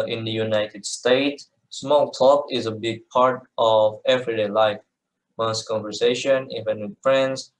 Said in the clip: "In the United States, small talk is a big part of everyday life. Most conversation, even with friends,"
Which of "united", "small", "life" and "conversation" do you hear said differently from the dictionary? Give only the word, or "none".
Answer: none